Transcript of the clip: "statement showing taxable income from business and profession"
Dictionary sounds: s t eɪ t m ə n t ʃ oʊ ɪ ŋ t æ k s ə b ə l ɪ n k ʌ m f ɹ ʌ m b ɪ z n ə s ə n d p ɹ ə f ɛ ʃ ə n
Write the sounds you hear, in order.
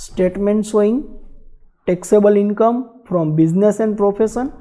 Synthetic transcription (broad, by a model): s t eɪ t m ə n t s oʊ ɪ ŋ t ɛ k s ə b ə l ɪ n k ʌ m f ɹ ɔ m b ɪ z n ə s ə n d p ɹ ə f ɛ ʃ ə n